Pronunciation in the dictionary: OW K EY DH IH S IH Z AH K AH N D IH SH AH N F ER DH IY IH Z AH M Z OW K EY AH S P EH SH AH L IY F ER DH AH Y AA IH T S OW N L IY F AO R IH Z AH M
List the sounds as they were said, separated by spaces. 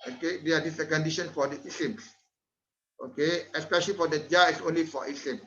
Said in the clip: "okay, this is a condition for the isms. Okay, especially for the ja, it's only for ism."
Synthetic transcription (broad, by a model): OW K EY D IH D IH S AH K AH N D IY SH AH N F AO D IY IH S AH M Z OW K EY AH S P EH SH AH L IY F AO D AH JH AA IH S OW N L IY F AO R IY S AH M